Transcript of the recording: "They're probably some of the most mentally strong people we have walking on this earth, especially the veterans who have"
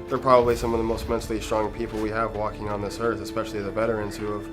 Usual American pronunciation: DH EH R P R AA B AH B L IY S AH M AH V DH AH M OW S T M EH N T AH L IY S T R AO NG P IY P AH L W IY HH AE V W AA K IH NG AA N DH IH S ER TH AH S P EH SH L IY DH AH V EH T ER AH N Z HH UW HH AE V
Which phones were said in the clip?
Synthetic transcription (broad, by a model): DH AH R P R AA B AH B L IY S AH M AH V DH AH M OW S T M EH N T L IY S T R AO NG P IY P L W IY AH V W AA K IH NG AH N DH IH S ER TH AH S P EH SH L IY DH AH B EH T ER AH N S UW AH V